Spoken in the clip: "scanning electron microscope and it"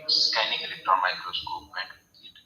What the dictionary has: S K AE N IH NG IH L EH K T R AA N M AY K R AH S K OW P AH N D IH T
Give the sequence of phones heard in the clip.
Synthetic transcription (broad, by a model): S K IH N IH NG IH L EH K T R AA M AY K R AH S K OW AH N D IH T